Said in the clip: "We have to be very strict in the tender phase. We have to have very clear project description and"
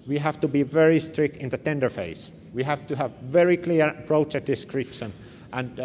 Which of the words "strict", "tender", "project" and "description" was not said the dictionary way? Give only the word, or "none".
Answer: project